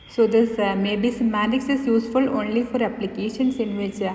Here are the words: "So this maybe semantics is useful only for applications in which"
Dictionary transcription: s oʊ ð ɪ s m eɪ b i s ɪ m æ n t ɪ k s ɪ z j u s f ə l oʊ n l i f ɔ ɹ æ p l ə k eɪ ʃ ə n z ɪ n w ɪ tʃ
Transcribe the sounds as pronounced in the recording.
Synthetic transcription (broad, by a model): s oʊ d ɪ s m eɪ b i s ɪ m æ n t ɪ s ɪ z j u s f ə l oʊ n l i f ɔ ɹ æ p l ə k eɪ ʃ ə n s ɪ n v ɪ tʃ